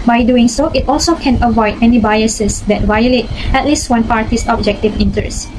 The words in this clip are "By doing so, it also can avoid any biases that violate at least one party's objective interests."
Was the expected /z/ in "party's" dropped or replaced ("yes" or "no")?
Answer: yes